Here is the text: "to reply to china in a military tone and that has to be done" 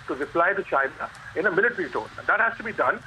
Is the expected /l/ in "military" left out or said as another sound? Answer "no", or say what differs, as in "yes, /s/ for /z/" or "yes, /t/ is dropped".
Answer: yes, /n/ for /l/